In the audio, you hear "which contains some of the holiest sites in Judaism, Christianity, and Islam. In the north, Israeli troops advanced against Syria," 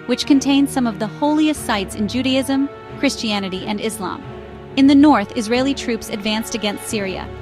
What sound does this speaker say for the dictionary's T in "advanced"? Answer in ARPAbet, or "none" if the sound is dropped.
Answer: T